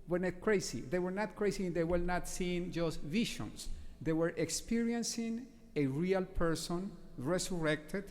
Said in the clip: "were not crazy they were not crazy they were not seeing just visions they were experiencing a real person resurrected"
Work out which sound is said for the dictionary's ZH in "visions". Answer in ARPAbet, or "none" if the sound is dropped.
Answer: SH